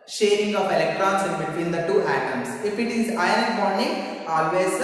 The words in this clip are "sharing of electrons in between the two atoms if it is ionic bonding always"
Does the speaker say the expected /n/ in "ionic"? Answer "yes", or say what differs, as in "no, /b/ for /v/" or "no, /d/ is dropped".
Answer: no, /n/ is dropped